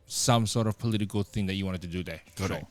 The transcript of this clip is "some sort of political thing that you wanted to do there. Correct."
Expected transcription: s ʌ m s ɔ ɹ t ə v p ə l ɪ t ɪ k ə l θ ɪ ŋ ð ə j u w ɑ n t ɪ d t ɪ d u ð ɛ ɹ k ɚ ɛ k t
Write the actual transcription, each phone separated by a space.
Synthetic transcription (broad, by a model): s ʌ m s ɔ ɹ t ə v p ə l ɪ t ɪ k ə l θ ɪ ŋ ð ə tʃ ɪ w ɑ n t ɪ d t ɪ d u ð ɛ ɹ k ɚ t